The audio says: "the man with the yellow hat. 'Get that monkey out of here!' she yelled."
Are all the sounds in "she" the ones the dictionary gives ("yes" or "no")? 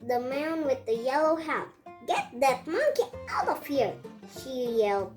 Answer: yes